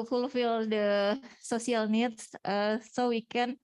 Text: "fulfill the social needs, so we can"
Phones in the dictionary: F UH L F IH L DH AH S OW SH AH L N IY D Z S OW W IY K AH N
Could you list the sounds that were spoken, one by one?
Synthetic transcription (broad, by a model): F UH L F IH L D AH S OW S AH L N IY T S S OW W IY K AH N